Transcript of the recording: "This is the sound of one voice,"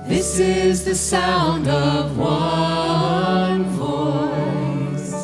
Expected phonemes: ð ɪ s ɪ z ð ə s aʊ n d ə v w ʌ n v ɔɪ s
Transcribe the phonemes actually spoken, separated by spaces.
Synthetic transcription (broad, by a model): ð ɪ s ɪ z ð ə s aʊ n d ə v w ʌ n v ɔɪ s